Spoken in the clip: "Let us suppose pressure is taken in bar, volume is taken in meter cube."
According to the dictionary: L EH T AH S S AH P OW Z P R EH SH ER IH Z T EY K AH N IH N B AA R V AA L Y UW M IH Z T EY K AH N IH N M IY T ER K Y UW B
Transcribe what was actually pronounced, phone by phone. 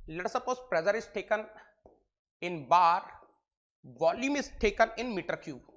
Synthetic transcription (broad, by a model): L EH T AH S S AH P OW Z P R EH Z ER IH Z T EY K AH N IH N B AA R V AA L Y UW M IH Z T EY K AH N IH N M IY T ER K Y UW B